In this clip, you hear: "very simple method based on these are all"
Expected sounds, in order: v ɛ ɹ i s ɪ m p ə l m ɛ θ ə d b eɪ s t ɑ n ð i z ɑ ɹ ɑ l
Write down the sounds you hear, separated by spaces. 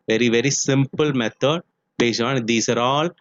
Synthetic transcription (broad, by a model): v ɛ ɹ i s ɪ m p ə l m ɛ t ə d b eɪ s ɑ n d i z ɑ ɹ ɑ l